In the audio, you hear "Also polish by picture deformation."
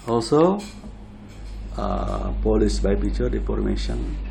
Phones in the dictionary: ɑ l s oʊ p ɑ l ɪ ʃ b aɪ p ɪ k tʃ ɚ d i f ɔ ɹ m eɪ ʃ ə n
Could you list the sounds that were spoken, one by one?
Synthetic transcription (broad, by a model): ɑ l s oʊ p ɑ l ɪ s b aɪ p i tʃ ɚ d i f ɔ ɹ m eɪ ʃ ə n